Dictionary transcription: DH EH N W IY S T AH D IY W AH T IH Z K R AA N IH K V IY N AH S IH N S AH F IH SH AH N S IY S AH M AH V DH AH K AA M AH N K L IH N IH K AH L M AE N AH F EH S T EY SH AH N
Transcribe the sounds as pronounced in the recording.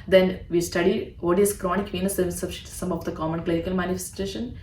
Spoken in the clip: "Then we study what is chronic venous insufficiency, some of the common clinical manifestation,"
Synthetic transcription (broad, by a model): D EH N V IY S T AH D IY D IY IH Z K R AA N IH K V IY N AH S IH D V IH S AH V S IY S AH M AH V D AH K AA M AH N K L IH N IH K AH L M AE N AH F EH S T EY SH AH N